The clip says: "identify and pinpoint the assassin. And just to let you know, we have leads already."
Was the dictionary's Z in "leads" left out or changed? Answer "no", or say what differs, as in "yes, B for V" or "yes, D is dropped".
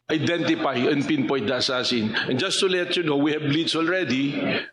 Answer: yes, S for Z